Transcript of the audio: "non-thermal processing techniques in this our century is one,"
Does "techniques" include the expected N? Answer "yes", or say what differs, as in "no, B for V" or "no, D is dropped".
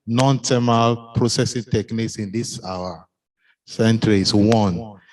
yes